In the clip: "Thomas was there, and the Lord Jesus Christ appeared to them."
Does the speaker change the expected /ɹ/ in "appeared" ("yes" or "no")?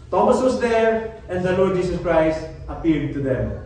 yes